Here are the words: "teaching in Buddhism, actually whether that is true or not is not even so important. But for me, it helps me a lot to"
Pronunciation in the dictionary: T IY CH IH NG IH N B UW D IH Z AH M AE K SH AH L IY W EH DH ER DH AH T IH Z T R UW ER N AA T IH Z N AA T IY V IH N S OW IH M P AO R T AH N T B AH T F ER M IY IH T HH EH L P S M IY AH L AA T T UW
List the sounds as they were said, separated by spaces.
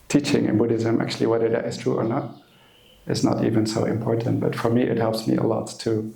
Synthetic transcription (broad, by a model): T IY CH IH NG IH N B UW D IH Z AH M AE K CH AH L IY W EH DH ER DH AH T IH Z T R UW ER N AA T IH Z N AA T IY V IH N S OW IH M P AO R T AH N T B AH T F ER M IY IH T HH EH L P S M IY AH L AA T T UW